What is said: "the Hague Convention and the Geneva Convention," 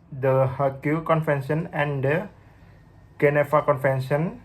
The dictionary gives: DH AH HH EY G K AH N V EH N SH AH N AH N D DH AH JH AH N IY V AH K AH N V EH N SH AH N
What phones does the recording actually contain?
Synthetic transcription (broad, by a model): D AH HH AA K K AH N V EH N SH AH N AH N D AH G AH N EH F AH K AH N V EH N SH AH N